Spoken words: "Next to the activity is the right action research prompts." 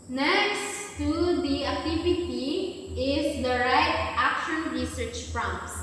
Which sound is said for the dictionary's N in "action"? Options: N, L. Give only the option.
N